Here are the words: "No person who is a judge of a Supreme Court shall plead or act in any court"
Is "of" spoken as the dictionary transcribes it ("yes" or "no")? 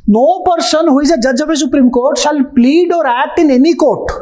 no